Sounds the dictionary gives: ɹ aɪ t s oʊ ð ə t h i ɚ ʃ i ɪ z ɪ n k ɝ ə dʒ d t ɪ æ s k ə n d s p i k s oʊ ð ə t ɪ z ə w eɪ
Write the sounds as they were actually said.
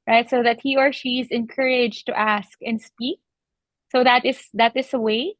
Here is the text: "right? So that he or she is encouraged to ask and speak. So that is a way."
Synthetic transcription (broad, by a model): ɹ aɪ t s oʊ ð ə t h i ɚ ʃ i z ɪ n k ɝ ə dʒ t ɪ æ s k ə n s p i k s oʊ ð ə t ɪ s ə w eɪ